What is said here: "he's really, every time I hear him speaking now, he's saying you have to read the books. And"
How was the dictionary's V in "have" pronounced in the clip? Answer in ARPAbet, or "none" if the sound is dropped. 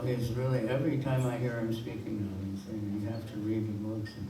F